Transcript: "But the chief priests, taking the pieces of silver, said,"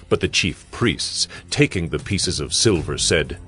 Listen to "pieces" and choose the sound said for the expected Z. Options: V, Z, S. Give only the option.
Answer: Z